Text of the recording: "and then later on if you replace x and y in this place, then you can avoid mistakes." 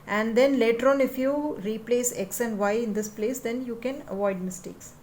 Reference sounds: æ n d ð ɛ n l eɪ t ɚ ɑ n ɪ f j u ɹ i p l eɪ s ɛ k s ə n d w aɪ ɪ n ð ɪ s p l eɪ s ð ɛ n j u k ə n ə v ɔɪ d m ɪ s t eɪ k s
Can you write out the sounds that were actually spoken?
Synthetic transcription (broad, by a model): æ n d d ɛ n l eɪ t ɚ ɑ n ɪ f j u ɹ i p l eɪ s ɛ k s ə n d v aɪ ɪ n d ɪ s p l eɪ s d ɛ n j u k ə n ə v ɔɪ d m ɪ s t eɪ k s